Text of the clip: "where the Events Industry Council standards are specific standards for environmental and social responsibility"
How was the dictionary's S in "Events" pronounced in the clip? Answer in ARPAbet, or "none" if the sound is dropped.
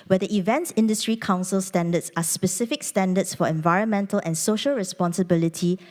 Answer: S